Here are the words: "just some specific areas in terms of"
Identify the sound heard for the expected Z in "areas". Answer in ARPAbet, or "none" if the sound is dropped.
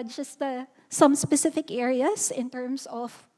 S